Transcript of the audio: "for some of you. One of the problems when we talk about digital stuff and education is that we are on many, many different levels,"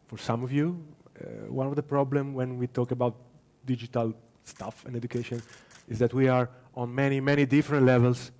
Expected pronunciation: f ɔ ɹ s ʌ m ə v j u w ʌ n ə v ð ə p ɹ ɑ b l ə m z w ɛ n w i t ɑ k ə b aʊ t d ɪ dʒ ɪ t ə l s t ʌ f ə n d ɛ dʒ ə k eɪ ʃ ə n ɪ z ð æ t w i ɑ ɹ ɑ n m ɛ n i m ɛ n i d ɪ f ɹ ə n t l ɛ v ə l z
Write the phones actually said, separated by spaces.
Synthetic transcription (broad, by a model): f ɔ ɹ s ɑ m ə v j u w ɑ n ə v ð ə p ɹ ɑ b l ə m w ɛ n w i t ɑ k ə b aʊ t d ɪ dʒ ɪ t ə l s t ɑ f ə n d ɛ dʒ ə k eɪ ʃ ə n ɪ z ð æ t w i ɑ ɹ ɑ n m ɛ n i m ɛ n i d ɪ f ɹ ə n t l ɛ v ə l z